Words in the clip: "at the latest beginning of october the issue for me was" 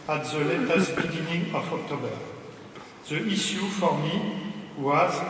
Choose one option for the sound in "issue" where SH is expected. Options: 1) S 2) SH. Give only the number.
1